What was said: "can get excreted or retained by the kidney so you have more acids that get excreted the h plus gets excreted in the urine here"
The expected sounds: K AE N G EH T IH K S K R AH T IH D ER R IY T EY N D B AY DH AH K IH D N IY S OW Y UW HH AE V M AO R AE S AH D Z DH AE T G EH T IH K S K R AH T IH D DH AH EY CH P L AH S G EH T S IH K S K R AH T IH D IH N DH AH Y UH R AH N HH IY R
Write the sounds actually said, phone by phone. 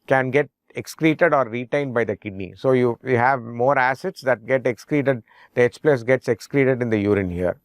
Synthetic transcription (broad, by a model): K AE N G EH T IH K S K R AH T IH D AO R IY T EY N D B AY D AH K IH D N IY S OW Y UW HH AE V M AO R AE S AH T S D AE T G EH T IH K S K R AH T IH D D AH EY S P L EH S G EH T S IH K S K R AH T IH D IH N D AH Y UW R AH N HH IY R